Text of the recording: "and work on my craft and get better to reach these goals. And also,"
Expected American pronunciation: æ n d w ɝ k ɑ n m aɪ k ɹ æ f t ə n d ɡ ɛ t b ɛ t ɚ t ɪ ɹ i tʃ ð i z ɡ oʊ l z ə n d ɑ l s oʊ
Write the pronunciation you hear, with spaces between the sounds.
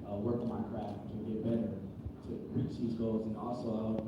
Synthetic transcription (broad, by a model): w ɝ k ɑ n m aɪ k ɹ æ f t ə ɡ ɛ t b ɛ t ɚ t ɪ ɹ i tʃ ð i z ɡ oʊ l z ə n ɑ l s oʊ